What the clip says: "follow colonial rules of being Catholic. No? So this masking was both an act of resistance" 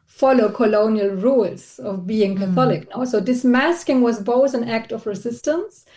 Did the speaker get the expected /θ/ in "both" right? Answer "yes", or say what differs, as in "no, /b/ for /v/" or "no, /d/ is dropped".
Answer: yes